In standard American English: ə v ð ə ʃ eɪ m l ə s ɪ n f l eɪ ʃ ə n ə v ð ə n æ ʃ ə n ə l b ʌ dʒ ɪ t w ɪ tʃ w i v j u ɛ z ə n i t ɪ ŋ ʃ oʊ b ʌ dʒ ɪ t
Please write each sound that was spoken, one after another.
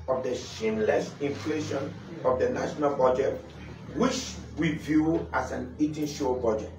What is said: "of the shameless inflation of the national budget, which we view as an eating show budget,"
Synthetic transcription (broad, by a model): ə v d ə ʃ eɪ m l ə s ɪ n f l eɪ ʃ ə n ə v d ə n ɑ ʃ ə n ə l b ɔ dʒ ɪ t w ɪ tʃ w i v j u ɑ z ə n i t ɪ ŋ ʃ oʊ b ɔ dʒ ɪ t